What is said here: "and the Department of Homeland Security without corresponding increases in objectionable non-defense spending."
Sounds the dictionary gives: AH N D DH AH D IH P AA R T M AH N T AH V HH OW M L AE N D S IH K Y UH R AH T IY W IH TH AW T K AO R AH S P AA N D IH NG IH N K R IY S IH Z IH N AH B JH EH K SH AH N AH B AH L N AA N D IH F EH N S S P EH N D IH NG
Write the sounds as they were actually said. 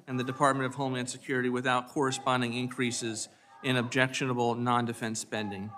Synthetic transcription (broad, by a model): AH N DH AH D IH P AA R T M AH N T AH V HH OW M IH N S IH K Y UH R AH T IY W IH TH AW T K AO R AH S P AA N D IH NG IH N K R IY S IH Z IH N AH B JH EH K SH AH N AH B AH L N AA N D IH F EH N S S P EH N D IH NG